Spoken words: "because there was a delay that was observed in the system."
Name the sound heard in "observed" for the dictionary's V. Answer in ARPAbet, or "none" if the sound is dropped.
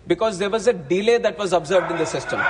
V